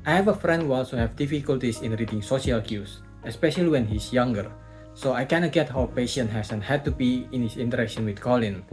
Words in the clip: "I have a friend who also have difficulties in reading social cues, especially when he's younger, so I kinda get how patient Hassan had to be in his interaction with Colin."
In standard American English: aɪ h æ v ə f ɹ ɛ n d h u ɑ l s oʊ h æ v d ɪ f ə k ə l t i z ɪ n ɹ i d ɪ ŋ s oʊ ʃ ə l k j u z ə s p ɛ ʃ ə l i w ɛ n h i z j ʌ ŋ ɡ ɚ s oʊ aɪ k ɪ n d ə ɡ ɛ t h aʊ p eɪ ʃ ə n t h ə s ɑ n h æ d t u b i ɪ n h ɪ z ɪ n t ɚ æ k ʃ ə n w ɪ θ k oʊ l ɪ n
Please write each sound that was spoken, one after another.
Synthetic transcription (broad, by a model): aɪ h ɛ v ə f ɹ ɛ n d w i ɑ l s oʊ h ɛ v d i f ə k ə l t i s ɪ n ɹ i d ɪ ŋ s oʊ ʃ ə l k j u s ə s p ɛ ʃ ə l i w ɛ n h i s j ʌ ŋ ɡ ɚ s oʊ aɪ k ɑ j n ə ɡ ɛ t h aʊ p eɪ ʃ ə n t h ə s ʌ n h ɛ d t u b i ɪ n h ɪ s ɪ n t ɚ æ k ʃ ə n w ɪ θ k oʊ l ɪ n